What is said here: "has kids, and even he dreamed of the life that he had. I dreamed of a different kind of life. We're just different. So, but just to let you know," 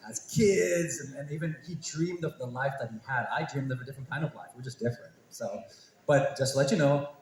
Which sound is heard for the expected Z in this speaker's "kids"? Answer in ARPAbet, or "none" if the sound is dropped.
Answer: Z